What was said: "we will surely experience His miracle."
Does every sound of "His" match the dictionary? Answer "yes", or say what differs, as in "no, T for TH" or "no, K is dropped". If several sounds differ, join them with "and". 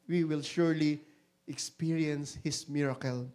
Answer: no, S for Z